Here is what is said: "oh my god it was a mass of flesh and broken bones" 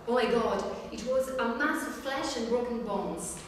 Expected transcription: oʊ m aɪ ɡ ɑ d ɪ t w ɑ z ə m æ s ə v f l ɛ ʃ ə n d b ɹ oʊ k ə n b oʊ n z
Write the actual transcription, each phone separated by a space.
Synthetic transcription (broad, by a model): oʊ m aɪ ɡ ɑ d ɪ t w ɑ z ə m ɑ s ə v f l ɛ ʃ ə n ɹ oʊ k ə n b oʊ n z